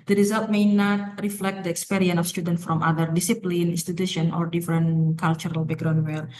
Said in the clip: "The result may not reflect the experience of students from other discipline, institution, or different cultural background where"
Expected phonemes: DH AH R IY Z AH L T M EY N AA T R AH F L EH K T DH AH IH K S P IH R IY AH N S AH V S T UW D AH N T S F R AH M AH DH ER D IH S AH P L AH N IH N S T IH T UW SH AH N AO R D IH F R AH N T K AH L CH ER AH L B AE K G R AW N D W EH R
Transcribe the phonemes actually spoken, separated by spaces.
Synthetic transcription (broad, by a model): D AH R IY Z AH L T M EY N AA T R AH F L EH K T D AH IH K S P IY R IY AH N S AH F S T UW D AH N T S F R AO M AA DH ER D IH S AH P L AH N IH N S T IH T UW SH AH N AO R D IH F R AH N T K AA L CH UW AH L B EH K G R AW N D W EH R